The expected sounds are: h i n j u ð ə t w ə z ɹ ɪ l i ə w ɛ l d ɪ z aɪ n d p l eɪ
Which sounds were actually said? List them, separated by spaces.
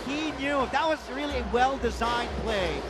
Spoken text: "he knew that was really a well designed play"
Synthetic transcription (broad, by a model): h i n j u ð ə t w ə z ɹ ɪ l i ə w ɛ l d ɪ z aɪ n p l eɪ